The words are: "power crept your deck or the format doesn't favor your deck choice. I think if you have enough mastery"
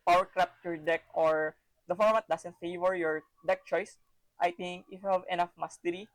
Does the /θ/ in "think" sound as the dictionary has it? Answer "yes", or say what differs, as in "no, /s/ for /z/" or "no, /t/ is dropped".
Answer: no, /t/ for /θ/